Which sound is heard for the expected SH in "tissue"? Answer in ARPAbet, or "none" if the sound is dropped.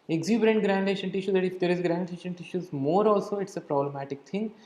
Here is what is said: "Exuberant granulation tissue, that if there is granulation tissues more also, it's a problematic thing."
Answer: SH